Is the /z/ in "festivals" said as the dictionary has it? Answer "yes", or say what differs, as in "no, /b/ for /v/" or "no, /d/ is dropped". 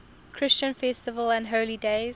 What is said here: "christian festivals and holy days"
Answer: no, /z/ is dropped